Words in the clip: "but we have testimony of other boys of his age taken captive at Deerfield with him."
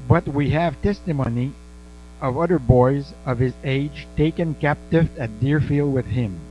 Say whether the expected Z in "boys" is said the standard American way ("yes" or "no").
yes